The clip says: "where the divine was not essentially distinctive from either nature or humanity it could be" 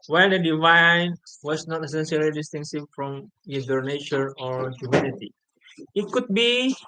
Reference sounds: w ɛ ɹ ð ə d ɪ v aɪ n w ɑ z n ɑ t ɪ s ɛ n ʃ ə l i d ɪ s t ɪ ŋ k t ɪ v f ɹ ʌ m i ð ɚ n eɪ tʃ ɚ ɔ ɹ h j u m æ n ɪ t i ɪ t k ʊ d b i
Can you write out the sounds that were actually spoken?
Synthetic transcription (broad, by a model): w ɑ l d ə d ɪ v aɪ n w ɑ s n ɑ t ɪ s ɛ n s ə l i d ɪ s t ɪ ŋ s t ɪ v f ɹ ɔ m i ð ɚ n eɪ tʃ ɚ ɔ ɹ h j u m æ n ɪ t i ɪ t k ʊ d b i